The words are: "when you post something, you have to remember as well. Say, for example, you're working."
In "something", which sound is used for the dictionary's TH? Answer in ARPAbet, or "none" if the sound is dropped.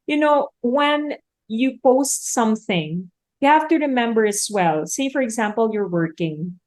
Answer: TH